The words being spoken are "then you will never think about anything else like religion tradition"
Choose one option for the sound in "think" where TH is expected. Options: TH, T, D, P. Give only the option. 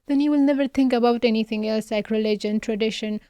T